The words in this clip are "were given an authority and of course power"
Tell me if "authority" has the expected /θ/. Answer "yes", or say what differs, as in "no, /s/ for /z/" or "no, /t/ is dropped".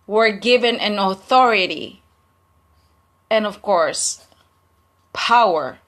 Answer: yes